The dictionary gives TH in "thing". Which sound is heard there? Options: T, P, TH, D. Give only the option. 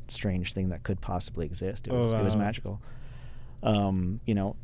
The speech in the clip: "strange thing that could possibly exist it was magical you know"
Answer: TH